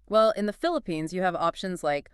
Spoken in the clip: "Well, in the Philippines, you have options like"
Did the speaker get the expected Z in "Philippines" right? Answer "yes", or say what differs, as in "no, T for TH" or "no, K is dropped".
yes